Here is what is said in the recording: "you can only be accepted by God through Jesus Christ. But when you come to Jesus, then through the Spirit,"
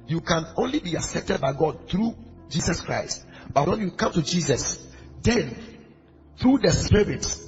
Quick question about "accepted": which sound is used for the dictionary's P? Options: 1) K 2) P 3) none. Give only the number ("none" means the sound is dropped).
2